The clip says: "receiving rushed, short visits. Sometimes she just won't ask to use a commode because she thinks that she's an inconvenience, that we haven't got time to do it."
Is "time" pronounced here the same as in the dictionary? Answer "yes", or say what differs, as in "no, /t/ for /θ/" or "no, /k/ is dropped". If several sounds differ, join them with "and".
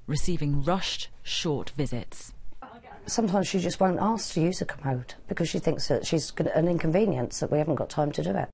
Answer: yes